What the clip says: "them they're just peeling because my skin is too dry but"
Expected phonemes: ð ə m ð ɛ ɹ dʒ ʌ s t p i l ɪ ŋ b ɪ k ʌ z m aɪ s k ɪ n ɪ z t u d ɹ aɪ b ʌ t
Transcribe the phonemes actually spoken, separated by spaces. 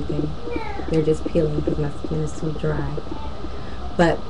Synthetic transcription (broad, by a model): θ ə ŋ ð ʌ ɹ dʒ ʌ s p i l ɪ ŋ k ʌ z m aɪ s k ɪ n ɪ z s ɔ d ɹ aɪ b ʌ t